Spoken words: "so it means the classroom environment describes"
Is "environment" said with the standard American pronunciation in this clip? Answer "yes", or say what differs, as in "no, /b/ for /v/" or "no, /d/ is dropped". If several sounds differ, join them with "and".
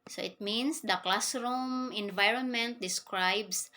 yes